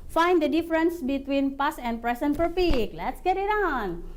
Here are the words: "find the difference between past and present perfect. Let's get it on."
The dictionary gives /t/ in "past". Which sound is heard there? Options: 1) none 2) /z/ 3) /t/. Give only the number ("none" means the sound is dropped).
1